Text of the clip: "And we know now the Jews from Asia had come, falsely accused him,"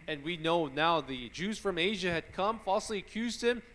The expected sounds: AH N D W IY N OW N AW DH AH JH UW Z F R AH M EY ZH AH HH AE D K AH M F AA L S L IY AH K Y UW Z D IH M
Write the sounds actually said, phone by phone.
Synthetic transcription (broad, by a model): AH N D W IY N OW N AW DH AH JH UW Z F R AH M EY ZH AH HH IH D K AH M F AA L S L IY AH K Y UW Z D IH M